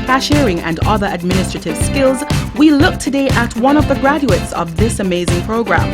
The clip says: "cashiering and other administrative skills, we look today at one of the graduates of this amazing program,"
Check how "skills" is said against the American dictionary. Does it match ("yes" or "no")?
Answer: yes